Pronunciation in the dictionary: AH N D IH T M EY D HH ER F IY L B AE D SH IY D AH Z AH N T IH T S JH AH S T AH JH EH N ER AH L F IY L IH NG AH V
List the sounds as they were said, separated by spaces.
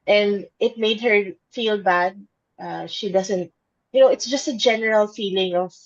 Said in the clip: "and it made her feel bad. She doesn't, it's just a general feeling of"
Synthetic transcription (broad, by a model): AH N D IH T M EY D HH ER F IY L B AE D SH IY D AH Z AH N T IH T S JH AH S T AH JH EH N ER AH L F IY L IH NG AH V